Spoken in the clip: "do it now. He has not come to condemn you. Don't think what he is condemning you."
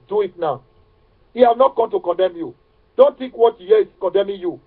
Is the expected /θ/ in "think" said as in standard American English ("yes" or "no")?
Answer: no